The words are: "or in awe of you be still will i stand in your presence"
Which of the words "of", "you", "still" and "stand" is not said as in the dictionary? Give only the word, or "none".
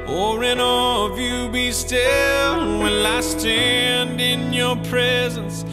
none